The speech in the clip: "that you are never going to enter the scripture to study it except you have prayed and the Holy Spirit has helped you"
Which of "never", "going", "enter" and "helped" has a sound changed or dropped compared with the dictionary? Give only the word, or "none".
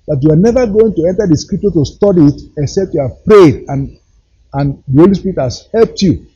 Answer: none